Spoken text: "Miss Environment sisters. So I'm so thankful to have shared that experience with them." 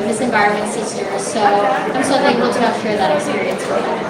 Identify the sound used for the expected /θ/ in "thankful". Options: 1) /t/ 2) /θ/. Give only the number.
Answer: 1